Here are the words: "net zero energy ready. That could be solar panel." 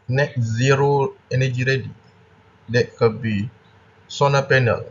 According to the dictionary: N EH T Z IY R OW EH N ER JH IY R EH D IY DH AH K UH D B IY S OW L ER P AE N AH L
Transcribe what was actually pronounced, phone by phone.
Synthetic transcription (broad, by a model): N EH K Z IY R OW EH N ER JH IY R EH D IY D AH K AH B IY S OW N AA P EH N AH L